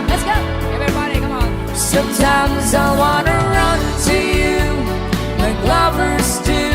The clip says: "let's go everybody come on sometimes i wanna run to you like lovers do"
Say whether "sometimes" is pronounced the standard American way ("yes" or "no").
yes